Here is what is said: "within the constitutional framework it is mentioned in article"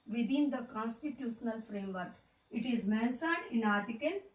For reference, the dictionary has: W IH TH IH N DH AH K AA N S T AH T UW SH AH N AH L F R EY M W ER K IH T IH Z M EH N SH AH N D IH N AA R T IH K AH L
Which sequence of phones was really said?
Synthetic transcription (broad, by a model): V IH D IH N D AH K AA N S T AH T UW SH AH N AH L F R EY M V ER K IH T IH Z M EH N S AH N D IH N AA R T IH K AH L